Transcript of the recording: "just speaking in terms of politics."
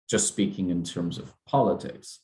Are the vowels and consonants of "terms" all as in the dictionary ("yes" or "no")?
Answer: yes